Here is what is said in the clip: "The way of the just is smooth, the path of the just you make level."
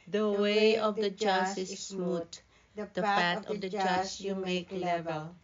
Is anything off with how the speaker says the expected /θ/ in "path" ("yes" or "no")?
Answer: yes